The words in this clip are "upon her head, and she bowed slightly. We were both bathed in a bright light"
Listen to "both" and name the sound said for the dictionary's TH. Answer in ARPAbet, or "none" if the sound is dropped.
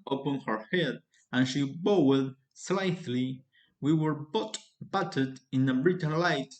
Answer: T